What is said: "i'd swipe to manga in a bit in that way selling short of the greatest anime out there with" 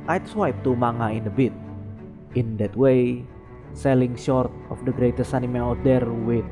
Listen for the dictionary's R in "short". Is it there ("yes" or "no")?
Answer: yes